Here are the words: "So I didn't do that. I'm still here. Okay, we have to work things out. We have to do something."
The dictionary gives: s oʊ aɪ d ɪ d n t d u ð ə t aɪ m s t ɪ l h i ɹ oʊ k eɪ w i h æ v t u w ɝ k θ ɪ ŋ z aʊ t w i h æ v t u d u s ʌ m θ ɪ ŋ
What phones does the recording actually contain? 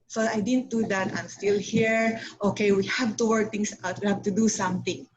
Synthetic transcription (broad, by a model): s oʊ aɪ d ɪ d n t d u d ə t aɪ m s t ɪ l h i ɹ oʊ k eɪ w i h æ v t u w ɝ k t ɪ ŋ s aʊ t w i h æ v t u d u s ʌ m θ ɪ ŋ